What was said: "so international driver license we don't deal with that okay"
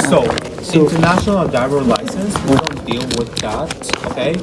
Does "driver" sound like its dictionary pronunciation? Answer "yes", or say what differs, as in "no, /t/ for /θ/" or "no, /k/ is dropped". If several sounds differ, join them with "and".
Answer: no, /ɹ/ is dropped